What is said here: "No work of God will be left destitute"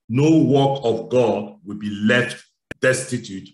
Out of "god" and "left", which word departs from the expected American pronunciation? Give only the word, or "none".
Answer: none